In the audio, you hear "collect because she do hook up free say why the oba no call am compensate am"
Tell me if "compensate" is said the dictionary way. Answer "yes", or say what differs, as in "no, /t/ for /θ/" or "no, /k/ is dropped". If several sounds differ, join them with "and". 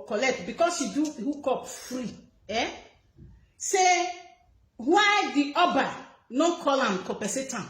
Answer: no, /n/ is dropped